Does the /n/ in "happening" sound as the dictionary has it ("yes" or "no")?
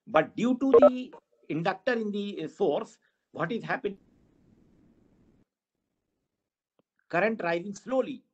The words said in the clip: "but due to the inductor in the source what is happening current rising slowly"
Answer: no